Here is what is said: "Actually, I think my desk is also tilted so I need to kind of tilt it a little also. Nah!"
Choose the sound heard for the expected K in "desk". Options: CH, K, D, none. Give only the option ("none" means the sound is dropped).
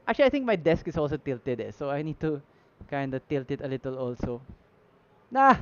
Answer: K